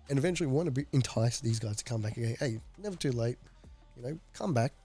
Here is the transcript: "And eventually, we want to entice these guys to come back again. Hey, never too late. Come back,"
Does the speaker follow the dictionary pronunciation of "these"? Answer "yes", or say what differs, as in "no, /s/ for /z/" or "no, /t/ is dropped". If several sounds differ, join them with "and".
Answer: yes